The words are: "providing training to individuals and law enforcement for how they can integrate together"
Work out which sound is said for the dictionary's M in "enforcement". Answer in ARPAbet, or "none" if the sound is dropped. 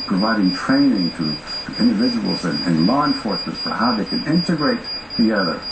none